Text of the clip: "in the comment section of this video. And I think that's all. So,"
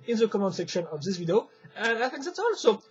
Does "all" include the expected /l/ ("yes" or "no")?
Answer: no